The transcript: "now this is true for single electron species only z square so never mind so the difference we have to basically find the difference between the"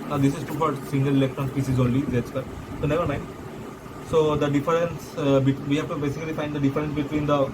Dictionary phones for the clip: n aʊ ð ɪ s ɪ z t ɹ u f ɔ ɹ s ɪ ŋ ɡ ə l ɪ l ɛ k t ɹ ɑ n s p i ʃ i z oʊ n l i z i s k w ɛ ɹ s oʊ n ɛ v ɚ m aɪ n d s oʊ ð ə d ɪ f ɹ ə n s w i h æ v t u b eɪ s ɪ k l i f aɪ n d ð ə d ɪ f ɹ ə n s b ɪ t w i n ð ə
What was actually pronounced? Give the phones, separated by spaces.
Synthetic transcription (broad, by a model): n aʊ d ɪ s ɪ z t u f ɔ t s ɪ ŋ ɡ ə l ɪ l ɛ k t ɹ ɑ n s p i s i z oʊ n l i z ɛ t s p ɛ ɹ s oʊ n ɛ v ɚ m aɪ n d s oʊ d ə d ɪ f ɹ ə n s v i h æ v t u b eɪ s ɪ k l i f aɪ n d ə d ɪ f ɹ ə n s b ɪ t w i n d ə